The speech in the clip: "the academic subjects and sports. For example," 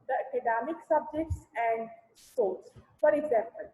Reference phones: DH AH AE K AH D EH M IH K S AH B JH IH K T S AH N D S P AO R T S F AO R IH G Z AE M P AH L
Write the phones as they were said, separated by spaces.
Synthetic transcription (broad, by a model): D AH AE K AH D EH M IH K S AH B JH IH K T S AH N D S AO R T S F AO R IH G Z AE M P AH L